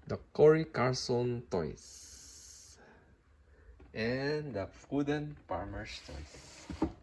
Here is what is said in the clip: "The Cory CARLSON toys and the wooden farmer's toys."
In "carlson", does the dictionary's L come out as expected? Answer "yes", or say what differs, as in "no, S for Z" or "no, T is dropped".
no, L is dropped